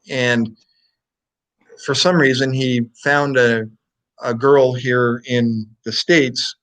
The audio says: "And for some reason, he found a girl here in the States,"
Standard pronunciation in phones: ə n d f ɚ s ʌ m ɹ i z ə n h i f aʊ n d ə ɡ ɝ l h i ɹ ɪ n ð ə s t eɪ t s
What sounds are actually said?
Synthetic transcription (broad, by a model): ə n f ɚ s ʌ m ɹ i z ə n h i f aʊ n d ə ɡ ɝ l h i ɹ ɪ n ð ə s t eɪ t s